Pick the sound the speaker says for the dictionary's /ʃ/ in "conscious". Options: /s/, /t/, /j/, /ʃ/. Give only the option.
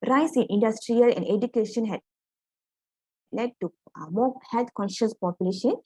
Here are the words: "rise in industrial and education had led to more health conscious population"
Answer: /ʃ/